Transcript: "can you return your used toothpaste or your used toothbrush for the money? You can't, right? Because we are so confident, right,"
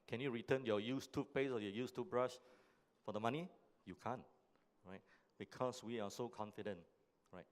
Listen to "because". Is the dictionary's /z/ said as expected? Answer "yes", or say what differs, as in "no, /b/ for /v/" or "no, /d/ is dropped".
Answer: no, /s/ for /z/